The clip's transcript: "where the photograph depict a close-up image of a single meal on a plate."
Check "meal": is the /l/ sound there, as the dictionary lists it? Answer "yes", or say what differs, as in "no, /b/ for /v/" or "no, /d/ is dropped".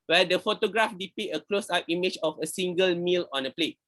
yes